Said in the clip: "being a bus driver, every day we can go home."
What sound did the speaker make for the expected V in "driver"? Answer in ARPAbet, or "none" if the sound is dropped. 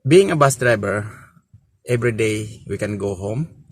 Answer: B